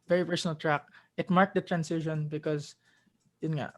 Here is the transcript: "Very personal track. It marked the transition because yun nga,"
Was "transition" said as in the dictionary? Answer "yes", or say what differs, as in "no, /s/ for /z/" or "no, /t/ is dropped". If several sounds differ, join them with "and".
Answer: no, /s/ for /z/